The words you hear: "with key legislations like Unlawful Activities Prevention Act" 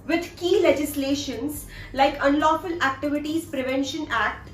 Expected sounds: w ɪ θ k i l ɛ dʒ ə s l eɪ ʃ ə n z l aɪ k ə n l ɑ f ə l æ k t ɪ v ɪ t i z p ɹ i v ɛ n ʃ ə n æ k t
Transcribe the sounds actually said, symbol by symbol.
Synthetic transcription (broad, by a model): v ɪ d k i l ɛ dʒ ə s l eɪ ʃ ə n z l aɪ k ə n l ɑ f ə l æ k t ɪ v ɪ t i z p ɹ i v ɛ n ʃ ə n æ k t